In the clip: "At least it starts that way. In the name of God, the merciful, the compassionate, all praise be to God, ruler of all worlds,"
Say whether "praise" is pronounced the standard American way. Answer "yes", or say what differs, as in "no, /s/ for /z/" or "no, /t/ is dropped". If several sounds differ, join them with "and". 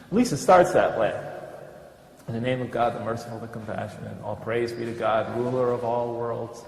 yes